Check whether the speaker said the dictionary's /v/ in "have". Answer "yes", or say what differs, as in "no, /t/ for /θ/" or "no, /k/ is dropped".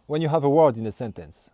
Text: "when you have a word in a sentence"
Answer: yes